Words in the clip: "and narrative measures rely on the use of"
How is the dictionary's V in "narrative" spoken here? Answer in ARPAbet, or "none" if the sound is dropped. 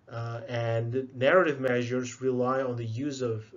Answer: V